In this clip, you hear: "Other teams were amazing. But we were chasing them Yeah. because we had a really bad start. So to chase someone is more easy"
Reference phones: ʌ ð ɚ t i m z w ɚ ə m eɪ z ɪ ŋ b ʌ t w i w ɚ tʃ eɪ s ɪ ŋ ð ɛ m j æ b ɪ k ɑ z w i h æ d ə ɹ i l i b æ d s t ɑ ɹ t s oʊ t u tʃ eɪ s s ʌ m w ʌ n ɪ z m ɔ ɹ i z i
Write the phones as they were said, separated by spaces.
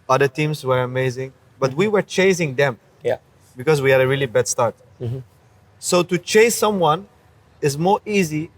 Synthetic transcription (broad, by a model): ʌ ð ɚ t i m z w ɚ ə m eɪ z ɪ ŋ b ʌ t w i w ɚ tʃ eɪ s ɪ ŋ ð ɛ m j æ b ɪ k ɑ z w i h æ d ə ɹ i l i b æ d s t ɑ ɹ t s oʊ t u tʃ eɪ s s ʌ m w ʌ n ɪ z m ɔ ɹ i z i